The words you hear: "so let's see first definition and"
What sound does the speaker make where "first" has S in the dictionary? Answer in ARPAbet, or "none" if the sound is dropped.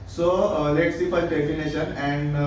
none